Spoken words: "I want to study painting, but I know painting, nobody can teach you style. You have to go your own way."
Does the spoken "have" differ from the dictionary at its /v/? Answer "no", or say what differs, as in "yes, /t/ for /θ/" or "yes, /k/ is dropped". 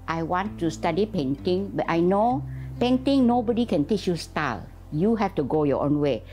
yes, /f/ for /v/